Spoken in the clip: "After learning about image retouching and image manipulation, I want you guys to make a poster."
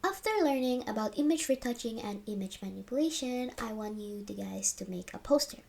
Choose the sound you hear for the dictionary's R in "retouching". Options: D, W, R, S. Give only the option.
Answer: R